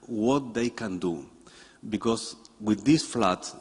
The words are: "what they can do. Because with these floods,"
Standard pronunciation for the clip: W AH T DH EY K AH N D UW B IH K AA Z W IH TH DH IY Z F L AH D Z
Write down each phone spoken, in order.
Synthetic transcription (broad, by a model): W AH T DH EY K AH N D UW B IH K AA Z W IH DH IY S F L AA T